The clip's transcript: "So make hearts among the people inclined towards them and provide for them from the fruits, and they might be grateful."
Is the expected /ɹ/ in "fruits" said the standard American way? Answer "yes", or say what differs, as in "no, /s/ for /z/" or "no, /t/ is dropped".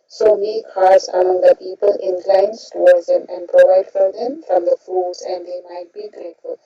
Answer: no, /ɹ/ is dropped